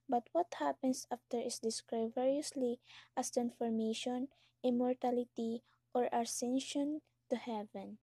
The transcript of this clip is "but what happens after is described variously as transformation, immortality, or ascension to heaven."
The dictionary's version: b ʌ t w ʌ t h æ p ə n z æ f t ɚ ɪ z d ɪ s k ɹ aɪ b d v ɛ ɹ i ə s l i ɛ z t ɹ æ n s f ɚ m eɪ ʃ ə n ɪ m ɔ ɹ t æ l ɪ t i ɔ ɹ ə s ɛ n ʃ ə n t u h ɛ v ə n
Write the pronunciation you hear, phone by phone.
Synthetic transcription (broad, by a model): b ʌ t w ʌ t h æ p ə n s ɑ f t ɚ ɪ s d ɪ s k ɹ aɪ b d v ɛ ɹ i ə s l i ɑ s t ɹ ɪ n f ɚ m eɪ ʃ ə n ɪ m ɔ ɹ t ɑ l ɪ t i ɔ ɹ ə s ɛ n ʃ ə n t u h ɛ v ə n